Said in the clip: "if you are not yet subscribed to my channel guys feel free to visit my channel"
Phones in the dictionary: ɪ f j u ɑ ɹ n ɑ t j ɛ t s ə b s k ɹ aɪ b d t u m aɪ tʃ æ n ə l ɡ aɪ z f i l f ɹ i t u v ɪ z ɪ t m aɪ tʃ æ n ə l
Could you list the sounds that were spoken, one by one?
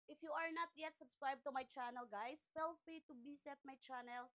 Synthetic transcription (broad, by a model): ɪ f j u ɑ ɹ n ɑ t j ɛ t s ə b s k ɹ aɪ b t u m aɪ tʃ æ n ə l ɡ aɪ s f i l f ɹ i t u b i s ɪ t m aɪ tʃ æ n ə l